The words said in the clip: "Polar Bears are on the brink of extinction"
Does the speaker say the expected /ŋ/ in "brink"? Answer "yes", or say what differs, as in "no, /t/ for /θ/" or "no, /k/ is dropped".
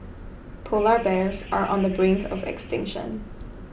yes